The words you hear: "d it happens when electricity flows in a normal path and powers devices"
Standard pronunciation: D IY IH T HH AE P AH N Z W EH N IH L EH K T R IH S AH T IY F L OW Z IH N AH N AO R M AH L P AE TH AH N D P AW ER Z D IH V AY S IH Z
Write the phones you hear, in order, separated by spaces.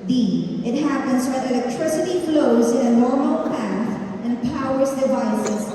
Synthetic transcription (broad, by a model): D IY IH T HH AE P AH N Z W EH IH L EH K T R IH S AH T IY F L OW Z IH N AH N AO R M AH L P AE TH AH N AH P AW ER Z D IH V AY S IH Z